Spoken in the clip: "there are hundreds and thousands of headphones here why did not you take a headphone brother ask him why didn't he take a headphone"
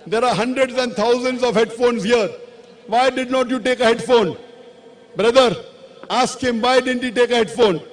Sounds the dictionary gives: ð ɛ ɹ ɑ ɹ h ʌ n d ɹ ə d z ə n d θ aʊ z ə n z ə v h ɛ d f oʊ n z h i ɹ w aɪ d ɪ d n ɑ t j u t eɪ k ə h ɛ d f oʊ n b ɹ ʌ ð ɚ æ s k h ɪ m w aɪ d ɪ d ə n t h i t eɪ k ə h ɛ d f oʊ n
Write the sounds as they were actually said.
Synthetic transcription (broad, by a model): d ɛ ɹ ɑ ɹ h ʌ n d ɹ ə d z ə n d t aʊ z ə n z ə v h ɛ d f oʊ n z h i ɹ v aɪ d ɪ d n ɑ t j u t eɪ k ə h ɛ d f oʊ n b ɹ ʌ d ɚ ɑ s k h ɪ m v aɪ d ɪ d ə n t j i t eɪ k ə h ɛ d f oʊ n